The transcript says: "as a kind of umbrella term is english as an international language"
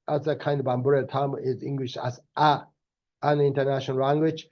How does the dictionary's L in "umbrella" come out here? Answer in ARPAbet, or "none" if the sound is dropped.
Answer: none